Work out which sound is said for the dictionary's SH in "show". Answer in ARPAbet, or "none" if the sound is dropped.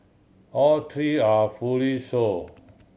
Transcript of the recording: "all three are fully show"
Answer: S